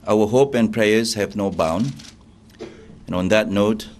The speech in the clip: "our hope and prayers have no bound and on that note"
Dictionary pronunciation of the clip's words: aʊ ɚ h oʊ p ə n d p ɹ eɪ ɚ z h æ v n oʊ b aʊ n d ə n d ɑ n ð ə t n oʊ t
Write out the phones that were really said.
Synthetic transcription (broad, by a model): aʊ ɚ h oʊ p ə n p ɹ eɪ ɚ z h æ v n oʊ b aʊ n ə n ɑ n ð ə t n oʊ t